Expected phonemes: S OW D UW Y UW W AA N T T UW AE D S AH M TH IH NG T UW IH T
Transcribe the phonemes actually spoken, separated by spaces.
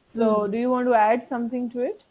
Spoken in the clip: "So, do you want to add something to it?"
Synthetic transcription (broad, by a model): S OW D UW Y UW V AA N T T UW AE D S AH M T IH NG T UW IH T